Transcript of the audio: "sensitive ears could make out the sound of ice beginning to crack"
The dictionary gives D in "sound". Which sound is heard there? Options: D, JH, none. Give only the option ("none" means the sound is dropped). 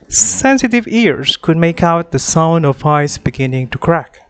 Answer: D